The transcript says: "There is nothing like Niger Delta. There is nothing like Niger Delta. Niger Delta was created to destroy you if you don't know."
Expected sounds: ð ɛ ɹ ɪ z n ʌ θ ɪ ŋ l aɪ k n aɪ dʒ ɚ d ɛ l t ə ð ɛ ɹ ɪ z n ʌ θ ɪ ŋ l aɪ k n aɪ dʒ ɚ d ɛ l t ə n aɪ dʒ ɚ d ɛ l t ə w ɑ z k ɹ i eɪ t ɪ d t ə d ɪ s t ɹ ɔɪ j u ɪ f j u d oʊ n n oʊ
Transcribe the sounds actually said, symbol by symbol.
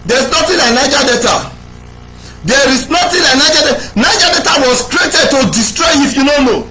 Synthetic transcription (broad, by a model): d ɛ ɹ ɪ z n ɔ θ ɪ l aɪ k n aɪ dʒ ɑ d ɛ t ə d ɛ ɹ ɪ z n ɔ t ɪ l aɪ k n aɪ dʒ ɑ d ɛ n aɪ dʒ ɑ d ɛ t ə w ɑ s k ɹ i eɪ t ɪ d t ə d ɪ s t ɹ ɔɪ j ɪ f j u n oʊ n n oʊ